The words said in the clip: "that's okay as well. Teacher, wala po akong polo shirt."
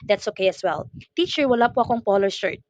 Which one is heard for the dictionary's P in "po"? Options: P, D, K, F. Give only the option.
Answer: P